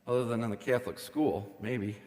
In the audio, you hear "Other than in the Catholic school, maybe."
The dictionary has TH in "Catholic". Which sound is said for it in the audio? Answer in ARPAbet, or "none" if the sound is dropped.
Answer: TH